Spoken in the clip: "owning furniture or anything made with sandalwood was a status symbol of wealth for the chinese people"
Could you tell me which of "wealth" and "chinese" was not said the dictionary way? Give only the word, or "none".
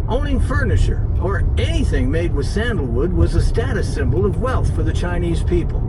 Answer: none